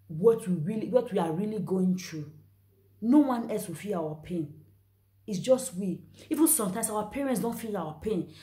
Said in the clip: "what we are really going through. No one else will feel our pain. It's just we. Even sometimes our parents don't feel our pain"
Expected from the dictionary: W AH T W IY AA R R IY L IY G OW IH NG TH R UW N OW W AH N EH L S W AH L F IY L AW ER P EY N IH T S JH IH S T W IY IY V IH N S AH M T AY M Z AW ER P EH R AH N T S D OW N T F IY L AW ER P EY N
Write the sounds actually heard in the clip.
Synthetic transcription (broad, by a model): W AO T W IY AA W R IY L IY G OW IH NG T R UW N OW W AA N EH L S W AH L F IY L AW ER P EY N IH T S JH IH S T W IY IY V IH N S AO M T AY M S AW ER P EH R AH N T S D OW N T F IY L AW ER P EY N